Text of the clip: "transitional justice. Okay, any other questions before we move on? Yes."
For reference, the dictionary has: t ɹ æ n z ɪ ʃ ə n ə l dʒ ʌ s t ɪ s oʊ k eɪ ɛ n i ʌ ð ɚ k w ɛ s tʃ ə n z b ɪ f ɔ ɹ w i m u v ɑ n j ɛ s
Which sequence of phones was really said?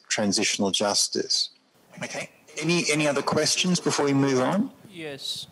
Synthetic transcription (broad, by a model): t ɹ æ n z ɪ ʃ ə n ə l dʒ ʌ s t ɪ s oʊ k eɪ ɛ n i ʌ ð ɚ k w ɛ s tʃ ə n z b ɪ f ɔ ɹ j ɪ m u v n j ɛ s